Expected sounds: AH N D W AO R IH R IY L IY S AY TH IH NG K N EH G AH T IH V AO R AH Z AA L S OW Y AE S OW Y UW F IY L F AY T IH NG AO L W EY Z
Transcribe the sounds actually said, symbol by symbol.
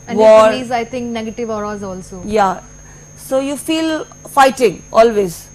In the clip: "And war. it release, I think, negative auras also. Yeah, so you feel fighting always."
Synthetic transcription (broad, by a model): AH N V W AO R IH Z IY IH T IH NG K N EH G AH T IH V AO R AH Z AA L S OW Y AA S OW Y UW F IY L F AY T IH NG AO L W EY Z